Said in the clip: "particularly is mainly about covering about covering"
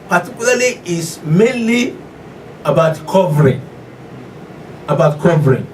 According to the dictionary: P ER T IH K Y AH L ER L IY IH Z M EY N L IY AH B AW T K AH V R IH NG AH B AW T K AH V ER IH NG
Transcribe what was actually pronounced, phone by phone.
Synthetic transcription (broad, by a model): P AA T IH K Y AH L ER L IY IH S M EY N L IY AH B AW T K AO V R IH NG AH B AW T K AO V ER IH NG